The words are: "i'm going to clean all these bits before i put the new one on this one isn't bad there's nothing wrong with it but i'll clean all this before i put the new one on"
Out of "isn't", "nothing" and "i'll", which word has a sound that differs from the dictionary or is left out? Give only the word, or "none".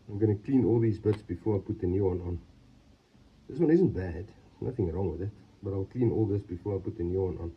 none